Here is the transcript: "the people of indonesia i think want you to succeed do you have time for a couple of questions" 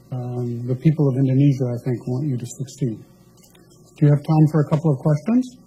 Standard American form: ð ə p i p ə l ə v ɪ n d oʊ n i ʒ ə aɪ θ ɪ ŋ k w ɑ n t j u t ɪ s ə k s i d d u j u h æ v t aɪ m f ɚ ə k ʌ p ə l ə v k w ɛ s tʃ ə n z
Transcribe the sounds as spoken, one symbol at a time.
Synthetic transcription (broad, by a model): ð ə p i p l ə v ɪ n d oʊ n i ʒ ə aɪ θ ɪ ŋ k w ɑ n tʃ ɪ t ɪ s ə k s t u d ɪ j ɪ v t aɪ m f ɚ ə k ʌ p l ə v k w ɛ s tʃ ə n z